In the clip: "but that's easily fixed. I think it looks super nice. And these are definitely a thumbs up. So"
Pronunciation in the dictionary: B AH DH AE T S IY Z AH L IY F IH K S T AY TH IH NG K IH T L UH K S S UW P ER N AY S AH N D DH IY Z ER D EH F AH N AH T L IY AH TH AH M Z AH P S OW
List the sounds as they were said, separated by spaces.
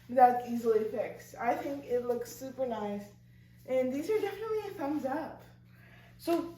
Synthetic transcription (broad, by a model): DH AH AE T IY Z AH L IY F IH K S AY TH IH NG K IH T L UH K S S UW P ER N AY S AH N DH IY Z ER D EH F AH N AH T L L AH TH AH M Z AH P S OW